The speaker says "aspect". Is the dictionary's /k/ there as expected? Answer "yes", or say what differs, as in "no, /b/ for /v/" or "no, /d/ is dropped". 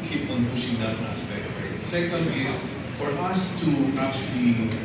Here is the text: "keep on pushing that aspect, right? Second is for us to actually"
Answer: no, /k/ is dropped